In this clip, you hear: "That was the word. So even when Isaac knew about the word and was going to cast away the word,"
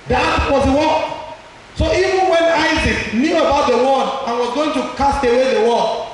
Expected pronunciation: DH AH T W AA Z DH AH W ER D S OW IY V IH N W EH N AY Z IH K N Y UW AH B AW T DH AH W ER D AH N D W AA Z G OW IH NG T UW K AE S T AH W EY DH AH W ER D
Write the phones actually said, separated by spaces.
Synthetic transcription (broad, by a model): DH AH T W AA Z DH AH W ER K S OW IY V IH N W EH N AY Z IH K N Y UW AH B AW T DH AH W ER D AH N W AA Z G OW IH NG T UW K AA S T AH W EY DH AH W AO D